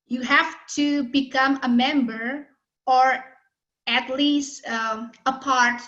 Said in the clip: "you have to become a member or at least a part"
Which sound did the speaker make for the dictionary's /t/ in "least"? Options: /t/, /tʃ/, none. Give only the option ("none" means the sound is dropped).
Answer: /t/